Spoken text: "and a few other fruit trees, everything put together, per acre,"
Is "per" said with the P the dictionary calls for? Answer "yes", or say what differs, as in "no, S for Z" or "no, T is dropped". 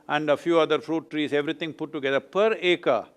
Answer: yes